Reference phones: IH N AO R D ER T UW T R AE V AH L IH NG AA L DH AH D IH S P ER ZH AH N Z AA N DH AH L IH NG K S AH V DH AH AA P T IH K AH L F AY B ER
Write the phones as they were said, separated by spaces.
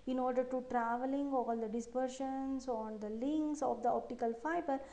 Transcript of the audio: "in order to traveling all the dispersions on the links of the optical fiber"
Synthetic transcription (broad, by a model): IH N AO R D ER T UW T R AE V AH L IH NG AA L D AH D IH S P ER SH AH N S AA N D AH L IH NG K S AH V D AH AA P T IH K AH L F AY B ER